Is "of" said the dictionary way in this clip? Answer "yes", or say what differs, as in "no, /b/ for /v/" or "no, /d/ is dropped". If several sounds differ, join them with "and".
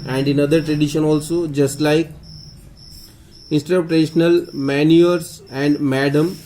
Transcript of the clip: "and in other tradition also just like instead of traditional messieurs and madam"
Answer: no, /p/ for /v/